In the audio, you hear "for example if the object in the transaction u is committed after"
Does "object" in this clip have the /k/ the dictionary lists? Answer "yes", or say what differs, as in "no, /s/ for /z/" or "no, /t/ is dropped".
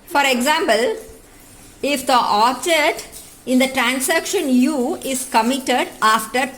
no, /k/ is dropped